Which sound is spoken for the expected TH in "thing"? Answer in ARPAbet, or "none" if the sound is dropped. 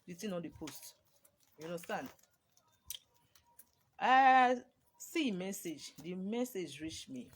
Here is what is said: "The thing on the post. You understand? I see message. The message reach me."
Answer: T